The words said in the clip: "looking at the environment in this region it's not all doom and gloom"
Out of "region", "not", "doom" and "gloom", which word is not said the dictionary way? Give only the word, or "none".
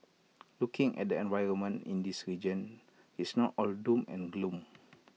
none